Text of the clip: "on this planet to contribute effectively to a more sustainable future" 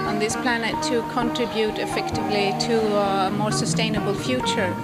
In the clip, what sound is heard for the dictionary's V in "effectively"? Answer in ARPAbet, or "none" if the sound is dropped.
V